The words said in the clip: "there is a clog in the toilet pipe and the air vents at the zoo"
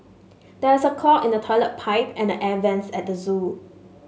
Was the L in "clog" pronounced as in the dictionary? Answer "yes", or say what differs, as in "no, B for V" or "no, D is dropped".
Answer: no, L is dropped